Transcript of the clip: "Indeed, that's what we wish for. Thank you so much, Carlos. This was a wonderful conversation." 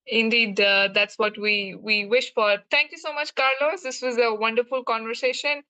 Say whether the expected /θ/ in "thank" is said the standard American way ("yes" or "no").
no